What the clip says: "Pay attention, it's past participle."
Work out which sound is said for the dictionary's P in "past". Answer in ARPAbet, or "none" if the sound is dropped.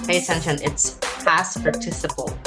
F